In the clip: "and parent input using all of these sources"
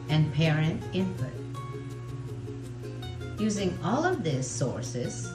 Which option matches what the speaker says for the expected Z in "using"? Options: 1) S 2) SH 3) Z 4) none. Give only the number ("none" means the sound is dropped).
3